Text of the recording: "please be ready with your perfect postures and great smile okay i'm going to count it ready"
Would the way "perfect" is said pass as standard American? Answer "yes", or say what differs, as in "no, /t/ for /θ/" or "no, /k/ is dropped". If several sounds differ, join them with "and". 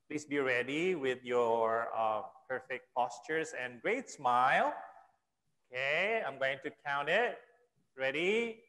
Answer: yes